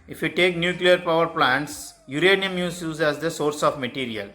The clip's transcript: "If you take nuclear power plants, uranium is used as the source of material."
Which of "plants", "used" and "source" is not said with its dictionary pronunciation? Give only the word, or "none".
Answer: used